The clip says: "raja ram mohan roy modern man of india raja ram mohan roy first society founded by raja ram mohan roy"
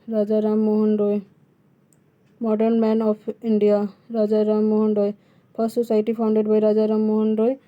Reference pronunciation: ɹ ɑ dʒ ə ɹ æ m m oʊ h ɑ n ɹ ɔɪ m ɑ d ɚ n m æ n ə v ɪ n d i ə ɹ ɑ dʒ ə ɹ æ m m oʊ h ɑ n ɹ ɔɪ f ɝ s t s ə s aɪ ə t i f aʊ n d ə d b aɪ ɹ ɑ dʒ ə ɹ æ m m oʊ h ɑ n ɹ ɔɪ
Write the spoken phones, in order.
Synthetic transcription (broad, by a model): ɹ ɑ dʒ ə ɹ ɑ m m oʊ h ɑ n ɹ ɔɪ m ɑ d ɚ n m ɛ n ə p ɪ n d i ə ɹ ɑ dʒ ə ɹ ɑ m m oʊ h ɑ n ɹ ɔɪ p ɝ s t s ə s aɪ t i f aʊ n d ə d b aɪ ɹ ɑ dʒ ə ɹ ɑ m m oʊ h ɑ n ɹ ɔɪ